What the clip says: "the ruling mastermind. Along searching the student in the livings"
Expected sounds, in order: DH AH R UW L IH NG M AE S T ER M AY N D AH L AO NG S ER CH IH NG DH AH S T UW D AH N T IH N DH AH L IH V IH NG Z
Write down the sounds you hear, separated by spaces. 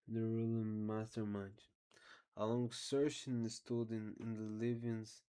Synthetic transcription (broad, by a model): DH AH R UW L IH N M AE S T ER M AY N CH AH L AO NG S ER SH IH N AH S T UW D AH N IH N DH AH L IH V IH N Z